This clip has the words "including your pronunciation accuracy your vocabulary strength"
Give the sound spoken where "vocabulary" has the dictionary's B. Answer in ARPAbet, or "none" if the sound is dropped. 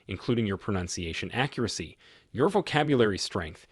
B